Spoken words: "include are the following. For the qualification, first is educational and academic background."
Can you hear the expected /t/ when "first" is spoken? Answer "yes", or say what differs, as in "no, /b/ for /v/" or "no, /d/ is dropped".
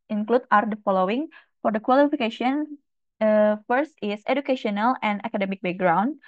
yes